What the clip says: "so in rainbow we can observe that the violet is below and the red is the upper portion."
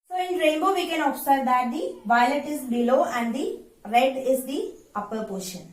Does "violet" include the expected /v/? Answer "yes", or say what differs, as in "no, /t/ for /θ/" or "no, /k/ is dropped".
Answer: yes